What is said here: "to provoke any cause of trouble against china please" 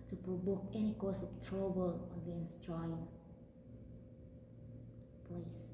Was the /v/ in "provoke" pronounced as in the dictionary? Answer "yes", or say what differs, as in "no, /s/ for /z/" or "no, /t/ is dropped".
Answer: no, /b/ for /v/